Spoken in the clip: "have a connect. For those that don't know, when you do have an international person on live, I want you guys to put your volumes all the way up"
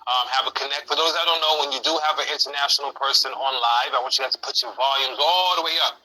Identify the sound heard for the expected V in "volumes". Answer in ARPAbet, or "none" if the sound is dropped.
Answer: V